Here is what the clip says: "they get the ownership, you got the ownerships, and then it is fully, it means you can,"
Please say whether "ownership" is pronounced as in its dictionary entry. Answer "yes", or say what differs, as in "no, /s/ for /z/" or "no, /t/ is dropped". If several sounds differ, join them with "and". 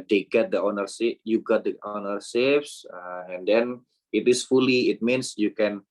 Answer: no, /s/ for /ʃ/